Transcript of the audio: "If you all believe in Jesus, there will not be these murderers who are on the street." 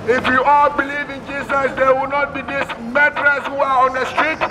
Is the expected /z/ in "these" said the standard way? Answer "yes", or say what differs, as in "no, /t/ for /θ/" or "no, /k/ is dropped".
no, /s/ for /z/